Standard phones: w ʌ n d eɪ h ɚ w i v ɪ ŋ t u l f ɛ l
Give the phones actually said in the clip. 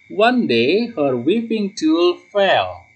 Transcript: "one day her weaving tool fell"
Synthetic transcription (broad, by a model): w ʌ n d eɪ h ɚ w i p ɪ ŋ t u l f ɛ l